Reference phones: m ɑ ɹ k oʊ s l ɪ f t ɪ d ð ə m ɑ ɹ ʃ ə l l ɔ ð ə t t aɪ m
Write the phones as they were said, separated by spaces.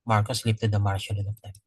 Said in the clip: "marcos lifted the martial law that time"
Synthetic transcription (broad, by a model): m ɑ ɹ k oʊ s l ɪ p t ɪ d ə m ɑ ɹ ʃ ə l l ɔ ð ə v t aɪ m